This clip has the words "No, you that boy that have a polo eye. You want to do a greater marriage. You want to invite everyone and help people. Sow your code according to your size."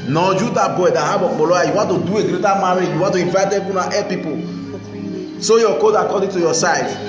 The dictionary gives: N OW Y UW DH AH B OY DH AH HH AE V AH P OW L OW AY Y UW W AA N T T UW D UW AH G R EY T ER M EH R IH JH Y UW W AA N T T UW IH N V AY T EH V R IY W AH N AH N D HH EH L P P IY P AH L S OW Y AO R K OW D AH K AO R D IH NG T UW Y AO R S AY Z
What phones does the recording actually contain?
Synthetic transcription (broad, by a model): N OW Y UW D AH B OY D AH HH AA B AH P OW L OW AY Y UW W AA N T T UW D UW AH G R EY T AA M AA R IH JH Y UW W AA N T T UW IH N V AY T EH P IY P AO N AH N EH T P P IY P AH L S OW Y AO K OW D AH K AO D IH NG T UW Y AO S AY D